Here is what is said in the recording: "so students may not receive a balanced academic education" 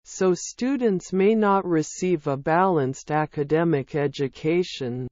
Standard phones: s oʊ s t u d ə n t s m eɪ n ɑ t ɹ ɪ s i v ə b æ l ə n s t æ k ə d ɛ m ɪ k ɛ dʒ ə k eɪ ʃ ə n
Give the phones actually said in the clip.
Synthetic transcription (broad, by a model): s oʊ s t u d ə n t s m eɪ n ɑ t ɹ ɪ s i v ə b æ l ə n s t æ k ə d ɛ m ɪ k ɛ dʒ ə k eɪ ʃ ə n